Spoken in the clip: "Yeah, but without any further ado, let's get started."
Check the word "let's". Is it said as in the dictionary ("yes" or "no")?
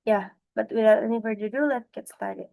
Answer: no